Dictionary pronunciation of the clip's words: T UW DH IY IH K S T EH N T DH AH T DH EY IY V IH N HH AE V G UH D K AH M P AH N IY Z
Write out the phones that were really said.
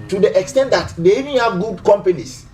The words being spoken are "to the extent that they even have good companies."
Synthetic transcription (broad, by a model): T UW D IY IH K S T EH N T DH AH T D EY IY V IH N HH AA V G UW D K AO M P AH N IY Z